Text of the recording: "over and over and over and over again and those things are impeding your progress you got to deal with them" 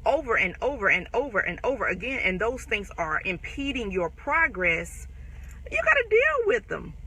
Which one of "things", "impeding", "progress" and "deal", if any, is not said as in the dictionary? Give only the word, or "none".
none